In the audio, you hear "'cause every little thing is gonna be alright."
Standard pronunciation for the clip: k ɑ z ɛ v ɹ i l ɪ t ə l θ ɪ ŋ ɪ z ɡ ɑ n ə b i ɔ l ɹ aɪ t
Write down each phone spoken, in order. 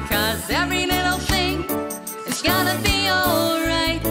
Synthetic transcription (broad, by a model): k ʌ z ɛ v ɹ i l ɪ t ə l θ ɪ ŋ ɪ s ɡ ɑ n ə b i ɔ l ɹ aɪ t